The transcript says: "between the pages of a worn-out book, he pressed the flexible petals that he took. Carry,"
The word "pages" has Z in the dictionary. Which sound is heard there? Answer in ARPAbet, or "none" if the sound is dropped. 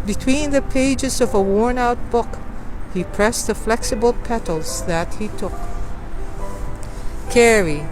Z